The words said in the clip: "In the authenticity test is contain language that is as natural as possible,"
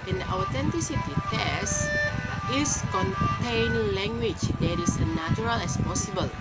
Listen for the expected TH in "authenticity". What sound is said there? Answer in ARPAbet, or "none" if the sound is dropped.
T